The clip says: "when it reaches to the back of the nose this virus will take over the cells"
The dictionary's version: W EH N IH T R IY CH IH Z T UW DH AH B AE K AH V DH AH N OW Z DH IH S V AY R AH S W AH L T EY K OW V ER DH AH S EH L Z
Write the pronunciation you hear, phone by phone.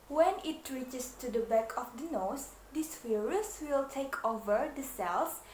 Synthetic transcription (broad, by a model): W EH N IH T R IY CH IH S T UW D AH B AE K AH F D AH N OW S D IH S F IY R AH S W AH L T EY K OW V ER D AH S EH L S